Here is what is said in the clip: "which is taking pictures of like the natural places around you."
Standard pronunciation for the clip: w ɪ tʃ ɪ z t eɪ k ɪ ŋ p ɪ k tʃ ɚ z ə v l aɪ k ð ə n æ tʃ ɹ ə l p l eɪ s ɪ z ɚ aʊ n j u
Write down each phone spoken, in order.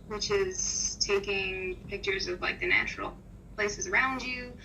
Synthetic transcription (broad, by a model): w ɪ tʃ ɪ z t eɪ k ɪ ŋ p ɪ k tʃ ɚ z ə v l aɪ k ð ə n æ tʃ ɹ l p l eɪ s ɪ z ɚ aʊ n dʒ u